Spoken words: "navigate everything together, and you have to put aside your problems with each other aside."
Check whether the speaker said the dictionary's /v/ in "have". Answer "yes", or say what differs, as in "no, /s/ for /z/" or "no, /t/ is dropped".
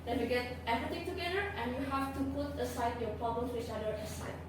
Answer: no, /f/ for /v/